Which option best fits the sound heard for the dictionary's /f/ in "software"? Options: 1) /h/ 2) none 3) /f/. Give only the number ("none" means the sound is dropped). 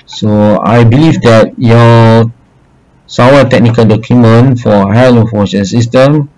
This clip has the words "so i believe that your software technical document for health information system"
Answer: 2